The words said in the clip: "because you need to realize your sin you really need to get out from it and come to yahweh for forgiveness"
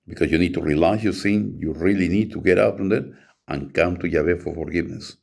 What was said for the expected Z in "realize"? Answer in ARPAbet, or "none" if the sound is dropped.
S